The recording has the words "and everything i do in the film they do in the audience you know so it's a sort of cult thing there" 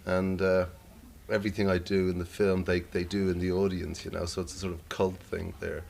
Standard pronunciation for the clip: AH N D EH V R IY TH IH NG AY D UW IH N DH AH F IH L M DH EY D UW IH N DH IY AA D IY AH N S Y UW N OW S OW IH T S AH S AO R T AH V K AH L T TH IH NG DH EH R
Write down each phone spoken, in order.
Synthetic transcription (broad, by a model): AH N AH EH V R IY TH IH NG AY D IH IH N DH AH F IH L M DH EY D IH IH N DH IY AA D IY AH N S Y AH N OW S OW IH T S AH S AO R T AH V K AH L T TH IH NG DH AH R